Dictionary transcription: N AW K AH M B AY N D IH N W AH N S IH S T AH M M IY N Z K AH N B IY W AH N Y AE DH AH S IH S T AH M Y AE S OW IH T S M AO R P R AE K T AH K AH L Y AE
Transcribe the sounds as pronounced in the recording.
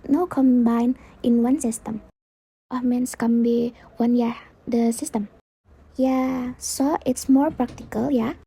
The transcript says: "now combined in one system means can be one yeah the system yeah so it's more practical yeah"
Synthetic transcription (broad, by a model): N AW K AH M B AY N IH N W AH N S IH S T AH M M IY N S K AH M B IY W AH N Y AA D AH S IH S T AH M Y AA S OW IH T S M AO R P R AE K T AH K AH L Y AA